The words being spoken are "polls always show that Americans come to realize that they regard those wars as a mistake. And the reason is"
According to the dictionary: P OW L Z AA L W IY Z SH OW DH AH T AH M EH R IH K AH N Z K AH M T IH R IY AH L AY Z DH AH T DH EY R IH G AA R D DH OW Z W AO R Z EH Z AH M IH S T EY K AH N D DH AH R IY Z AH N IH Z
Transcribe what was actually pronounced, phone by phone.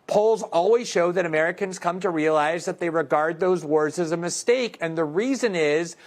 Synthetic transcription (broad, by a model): P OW L Z AA L W IY Z SH OW DH AH T AH M EH R IH K AH N Z K AH M T IH R IY AH L AY Z DH AH T DH EY R IH G AA R D DH OW Z W AO R Z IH Z AH M IH S T EY K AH N DH AH R IY Z AH N IH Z